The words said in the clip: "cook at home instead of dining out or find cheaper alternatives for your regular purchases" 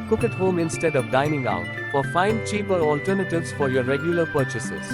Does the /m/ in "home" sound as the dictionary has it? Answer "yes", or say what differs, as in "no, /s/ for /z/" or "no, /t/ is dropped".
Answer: yes